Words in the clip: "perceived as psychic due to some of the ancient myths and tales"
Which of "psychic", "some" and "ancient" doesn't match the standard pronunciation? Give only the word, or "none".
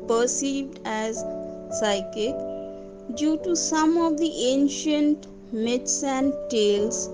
none